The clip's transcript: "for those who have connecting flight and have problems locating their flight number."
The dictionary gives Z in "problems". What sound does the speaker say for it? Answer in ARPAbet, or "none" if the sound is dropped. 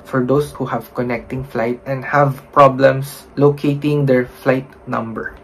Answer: S